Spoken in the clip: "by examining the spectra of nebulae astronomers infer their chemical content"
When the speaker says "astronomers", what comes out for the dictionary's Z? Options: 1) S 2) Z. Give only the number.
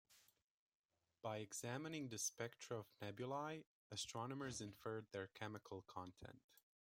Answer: 2